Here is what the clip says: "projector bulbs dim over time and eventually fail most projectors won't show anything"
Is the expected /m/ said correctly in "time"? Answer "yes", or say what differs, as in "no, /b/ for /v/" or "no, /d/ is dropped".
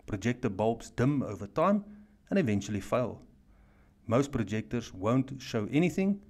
yes